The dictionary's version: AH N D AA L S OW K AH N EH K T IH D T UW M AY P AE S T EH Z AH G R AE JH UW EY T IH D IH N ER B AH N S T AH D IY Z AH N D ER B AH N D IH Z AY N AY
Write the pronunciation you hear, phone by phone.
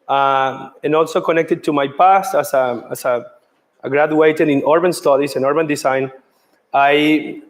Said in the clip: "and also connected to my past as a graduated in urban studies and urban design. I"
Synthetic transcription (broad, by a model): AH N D AA L S OW K AH N EH K T IH D T UW M AY P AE S T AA S AH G R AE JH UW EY T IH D IH N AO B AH N S T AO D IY S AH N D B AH N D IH S AY N AY